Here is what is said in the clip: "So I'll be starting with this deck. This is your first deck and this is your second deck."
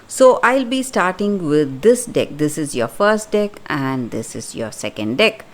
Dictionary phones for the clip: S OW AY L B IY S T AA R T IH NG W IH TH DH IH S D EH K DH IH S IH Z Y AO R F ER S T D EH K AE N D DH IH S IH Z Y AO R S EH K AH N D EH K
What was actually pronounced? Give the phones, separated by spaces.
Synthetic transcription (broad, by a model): S OW AY L B IY S T AA R T IH NG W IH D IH S D EH K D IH S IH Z Y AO F ER S T D EH K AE N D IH S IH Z Y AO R S EH K AH N D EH K